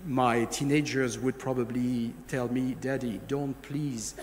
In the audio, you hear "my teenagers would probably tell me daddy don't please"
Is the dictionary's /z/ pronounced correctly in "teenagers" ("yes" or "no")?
yes